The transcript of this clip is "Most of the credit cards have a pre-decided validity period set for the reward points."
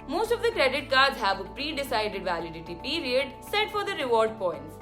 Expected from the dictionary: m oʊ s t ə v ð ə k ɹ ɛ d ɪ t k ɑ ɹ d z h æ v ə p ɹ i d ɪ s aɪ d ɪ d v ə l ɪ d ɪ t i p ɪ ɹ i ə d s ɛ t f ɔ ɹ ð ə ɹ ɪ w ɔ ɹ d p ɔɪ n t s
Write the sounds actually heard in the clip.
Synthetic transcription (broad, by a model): m oʊ s t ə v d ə k ɹ ɛ d ɪ t k ɑ ɹ d z h æ v ə p ɹ i d ɪ s aɪ d ɪ d v ə l ɪ d ɪ t i p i ɹ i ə d s ɛ t f ɔ ɹ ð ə ɹ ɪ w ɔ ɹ d p ɔɪ n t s